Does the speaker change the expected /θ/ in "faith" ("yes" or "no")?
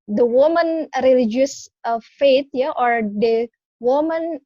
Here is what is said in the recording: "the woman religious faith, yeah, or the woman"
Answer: yes